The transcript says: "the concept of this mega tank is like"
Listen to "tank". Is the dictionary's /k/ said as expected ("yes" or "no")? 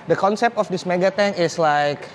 no